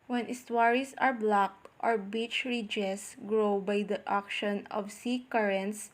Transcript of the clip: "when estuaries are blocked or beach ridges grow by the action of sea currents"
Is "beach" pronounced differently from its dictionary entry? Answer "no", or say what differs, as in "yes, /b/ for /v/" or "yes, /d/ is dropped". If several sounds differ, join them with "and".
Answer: no